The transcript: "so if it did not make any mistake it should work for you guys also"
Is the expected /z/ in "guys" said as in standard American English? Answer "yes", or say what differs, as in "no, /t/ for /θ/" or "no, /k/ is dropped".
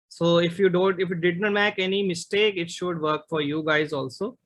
yes